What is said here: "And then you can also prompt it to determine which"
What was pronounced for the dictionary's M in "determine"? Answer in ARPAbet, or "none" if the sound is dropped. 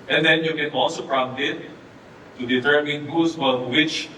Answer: M